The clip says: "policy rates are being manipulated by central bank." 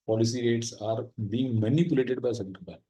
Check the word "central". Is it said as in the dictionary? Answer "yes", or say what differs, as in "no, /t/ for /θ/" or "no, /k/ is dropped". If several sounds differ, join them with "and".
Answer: no, /n/ is dropped